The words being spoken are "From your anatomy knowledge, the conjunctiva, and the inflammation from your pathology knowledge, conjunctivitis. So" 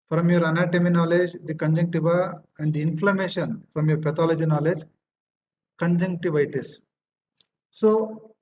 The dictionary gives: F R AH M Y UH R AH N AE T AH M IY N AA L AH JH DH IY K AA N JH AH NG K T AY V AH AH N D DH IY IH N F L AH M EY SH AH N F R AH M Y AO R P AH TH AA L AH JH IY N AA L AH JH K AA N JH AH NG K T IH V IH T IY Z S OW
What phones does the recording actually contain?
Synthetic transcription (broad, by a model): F R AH M Y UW R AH N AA T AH M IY N AA L AH JH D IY K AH N JH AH NG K T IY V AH AH N D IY IH N F L AH M EY SH AH N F R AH M Y AO R P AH T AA L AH JH IY N AA L AH JH K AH N JH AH NG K T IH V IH T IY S S OW